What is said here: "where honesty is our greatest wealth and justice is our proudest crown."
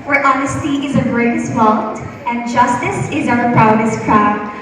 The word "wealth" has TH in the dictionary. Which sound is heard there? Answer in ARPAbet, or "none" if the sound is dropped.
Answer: T